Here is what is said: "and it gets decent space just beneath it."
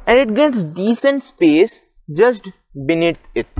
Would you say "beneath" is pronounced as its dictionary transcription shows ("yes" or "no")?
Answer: no